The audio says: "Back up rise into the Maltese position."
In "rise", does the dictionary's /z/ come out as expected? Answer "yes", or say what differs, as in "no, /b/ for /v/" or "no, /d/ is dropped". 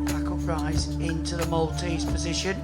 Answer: yes